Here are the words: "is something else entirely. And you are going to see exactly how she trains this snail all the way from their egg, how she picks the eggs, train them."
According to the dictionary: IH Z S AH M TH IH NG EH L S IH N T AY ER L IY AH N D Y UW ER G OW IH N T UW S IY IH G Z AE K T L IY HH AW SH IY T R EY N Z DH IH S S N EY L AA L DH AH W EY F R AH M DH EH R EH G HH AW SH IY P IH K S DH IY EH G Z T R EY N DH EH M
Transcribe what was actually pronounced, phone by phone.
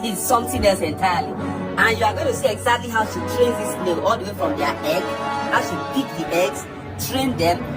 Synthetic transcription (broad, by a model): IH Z S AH M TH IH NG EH S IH N T AY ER L IY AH N Y UW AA G OW IH N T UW S IY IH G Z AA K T L IY HH AW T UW T R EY N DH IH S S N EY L AA L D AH W EY F R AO M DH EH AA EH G HH AW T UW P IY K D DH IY EH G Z T R EY N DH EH M